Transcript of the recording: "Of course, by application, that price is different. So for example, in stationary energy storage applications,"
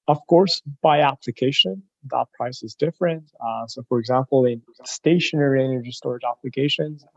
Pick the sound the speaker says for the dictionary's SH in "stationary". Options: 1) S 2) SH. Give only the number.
2